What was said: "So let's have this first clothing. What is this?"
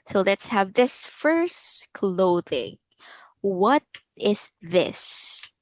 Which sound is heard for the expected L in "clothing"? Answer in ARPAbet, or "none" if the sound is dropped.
L